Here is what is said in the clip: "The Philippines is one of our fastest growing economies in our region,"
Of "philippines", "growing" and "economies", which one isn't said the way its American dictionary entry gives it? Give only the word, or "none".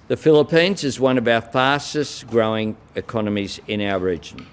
none